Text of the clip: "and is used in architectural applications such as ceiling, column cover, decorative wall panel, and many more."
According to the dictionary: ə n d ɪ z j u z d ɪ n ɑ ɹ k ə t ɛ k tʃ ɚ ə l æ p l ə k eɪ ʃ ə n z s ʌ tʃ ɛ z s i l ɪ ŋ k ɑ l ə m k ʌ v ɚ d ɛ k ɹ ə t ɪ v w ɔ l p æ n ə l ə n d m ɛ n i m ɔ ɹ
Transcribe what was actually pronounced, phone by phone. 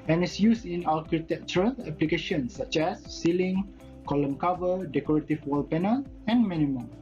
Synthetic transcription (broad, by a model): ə n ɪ s j u s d ɪ n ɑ l k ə t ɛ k tʃ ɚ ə l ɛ p l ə k eɪ ʃ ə n s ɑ tʃ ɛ s i l ɪ ŋ k ɑ l ə m k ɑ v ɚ d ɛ k ɹ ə t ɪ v w ɔ l p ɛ n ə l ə n m ɛ n i m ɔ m